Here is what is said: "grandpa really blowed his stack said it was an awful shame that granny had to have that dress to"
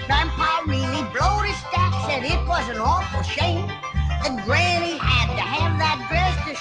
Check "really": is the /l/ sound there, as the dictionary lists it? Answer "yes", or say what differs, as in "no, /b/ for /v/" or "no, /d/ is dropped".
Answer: no, /n/ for /l/